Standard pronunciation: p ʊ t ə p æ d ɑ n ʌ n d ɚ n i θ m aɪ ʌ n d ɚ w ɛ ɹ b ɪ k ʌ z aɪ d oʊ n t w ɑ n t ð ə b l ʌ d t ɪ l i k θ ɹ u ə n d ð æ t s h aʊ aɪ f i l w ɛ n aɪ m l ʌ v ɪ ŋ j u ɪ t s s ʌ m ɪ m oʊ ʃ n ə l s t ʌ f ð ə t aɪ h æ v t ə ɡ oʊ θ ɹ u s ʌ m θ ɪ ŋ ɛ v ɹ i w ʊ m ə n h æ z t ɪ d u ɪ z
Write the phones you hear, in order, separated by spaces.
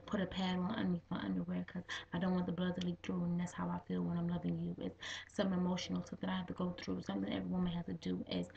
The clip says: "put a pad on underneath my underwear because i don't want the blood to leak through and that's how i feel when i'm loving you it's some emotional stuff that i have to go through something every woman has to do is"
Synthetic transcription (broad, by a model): p ʊ t ə p æ d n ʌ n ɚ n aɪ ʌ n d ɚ w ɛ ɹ k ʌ z aɪ d oʊ n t w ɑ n ð ə b l ʌ d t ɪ l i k θ ɹ u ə n ð æ t s h aʊ aɪ f i l w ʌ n aɪ m l ʌ v ɪ ŋ j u ɪ t s s ʌ m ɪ m oʊ ʃ n l s ʌ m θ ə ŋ aɪ h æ f t ə ɡ oʊ θ ɹ u s ʌ m θ ɪ ŋ ɛ v ɹ i w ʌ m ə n h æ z t ɪ d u ɪ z